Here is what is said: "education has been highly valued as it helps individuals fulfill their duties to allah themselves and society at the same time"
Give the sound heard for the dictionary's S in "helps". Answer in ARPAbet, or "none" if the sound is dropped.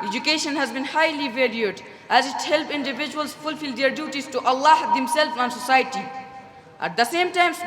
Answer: none